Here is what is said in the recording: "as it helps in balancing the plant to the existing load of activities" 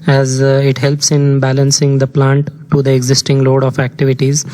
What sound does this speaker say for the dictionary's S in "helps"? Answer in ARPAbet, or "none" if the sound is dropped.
S